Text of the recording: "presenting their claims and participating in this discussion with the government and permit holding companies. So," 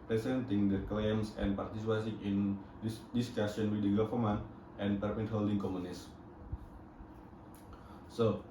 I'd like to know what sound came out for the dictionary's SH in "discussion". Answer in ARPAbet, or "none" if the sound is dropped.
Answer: S